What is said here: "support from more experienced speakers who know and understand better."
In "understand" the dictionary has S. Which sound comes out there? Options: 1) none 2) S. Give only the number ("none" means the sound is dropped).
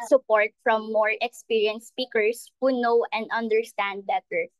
2